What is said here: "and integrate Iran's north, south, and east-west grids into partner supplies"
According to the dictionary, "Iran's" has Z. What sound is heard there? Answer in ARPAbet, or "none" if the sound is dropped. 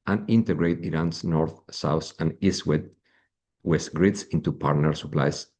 S